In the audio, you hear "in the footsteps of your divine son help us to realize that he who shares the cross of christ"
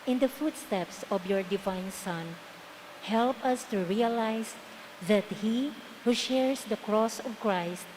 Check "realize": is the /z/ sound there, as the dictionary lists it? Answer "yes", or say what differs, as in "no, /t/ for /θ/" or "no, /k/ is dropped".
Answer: no, /s/ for /z/